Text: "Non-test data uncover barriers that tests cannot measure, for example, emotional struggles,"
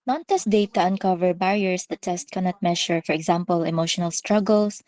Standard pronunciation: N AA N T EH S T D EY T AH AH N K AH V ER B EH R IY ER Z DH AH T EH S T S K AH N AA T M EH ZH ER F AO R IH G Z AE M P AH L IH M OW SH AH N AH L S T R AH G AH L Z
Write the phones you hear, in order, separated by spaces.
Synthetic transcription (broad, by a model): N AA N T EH S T D EY T AH AH N K AH V ER B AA R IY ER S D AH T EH S T K AH N AA T M EH SH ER F AO R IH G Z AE M P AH L IH M OW SH AH N AH L S T R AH G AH L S